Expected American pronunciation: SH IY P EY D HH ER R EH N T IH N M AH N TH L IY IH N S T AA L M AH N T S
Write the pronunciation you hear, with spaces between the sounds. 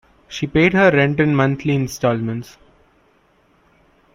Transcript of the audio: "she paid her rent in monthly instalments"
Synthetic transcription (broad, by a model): SH IY P EY D HH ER R EH N T IH N M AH N T L IY IH N S T AA L M AH N T S